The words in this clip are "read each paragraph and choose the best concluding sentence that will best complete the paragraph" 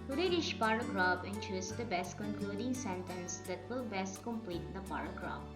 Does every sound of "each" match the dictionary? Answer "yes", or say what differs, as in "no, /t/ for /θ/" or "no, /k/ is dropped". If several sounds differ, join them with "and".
no, /ʃ/ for /tʃ/